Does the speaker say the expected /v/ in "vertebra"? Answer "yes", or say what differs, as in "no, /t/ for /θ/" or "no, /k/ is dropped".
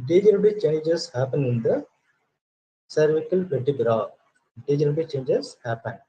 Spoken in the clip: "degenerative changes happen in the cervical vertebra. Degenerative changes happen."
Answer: no, /p/ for /v/